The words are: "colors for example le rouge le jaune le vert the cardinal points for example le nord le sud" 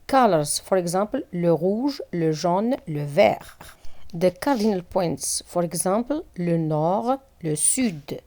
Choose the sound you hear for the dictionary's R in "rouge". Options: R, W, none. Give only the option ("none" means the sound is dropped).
R